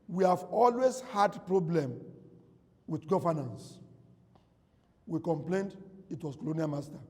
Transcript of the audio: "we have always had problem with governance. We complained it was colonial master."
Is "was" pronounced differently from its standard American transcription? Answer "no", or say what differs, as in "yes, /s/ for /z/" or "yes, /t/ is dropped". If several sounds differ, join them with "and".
yes, /s/ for /z/